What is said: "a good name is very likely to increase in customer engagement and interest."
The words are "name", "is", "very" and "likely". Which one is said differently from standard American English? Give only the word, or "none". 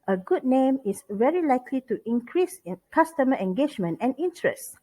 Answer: is